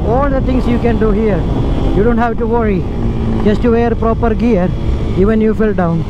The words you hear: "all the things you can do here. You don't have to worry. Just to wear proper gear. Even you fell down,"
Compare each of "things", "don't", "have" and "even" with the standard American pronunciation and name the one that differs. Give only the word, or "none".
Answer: things